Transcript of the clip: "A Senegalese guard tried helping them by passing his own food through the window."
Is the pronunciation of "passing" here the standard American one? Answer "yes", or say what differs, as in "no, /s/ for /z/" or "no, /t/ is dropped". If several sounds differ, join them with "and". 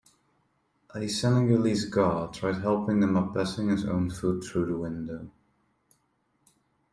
no, /b/ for /p/